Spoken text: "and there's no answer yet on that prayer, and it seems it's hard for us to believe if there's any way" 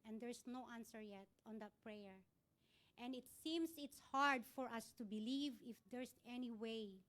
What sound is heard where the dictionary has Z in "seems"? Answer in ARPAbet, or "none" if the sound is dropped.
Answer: S